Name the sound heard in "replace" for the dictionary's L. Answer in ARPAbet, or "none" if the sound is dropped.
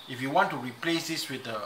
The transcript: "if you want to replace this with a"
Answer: L